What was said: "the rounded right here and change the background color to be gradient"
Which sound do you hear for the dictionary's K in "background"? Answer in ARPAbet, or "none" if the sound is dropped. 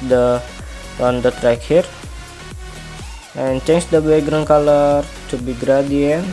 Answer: none